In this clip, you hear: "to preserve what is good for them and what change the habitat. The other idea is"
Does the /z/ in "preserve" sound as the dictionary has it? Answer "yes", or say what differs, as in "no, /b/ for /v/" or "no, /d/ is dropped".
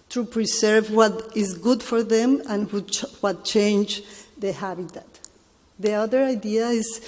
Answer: no, /s/ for /z/